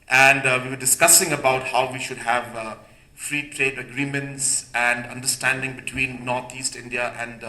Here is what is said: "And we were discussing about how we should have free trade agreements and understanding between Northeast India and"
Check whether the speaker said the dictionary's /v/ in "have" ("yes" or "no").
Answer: yes